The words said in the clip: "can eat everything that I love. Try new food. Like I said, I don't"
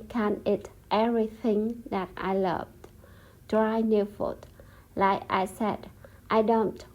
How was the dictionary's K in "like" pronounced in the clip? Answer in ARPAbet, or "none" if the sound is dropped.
K